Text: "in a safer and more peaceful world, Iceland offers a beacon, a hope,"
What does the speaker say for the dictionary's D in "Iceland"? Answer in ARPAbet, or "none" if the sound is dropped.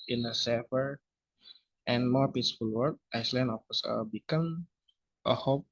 none